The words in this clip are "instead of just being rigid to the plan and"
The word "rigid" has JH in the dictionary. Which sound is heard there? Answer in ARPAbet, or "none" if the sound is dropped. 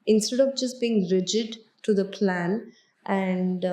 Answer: JH